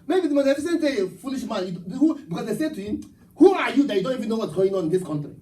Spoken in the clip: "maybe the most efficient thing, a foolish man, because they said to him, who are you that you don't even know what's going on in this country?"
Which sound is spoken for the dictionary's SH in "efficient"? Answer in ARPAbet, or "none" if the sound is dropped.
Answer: S